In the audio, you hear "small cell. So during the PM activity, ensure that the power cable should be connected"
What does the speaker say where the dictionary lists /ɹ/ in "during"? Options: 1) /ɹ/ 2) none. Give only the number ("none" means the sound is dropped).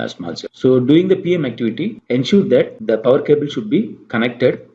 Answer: 2